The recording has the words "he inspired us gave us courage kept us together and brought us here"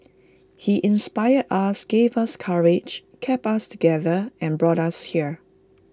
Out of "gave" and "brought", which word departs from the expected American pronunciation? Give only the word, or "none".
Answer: none